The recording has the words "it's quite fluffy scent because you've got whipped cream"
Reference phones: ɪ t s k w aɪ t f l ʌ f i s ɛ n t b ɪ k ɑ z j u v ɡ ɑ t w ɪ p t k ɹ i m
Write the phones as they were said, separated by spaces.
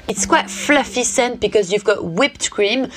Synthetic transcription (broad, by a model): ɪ t s k w aɪ t f l ʌ f i s ɛ n t b ɪ k ɑ z j u v ɡ ɑ t w ɪ p t k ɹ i m